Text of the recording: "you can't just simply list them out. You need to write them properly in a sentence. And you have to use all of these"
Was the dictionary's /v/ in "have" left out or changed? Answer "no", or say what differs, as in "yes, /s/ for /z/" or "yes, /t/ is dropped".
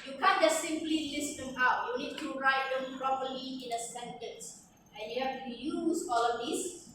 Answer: yes, /f/ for /v/